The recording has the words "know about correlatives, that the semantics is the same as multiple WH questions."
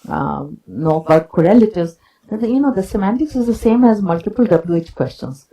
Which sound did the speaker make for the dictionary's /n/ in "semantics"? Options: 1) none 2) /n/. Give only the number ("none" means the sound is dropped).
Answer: 2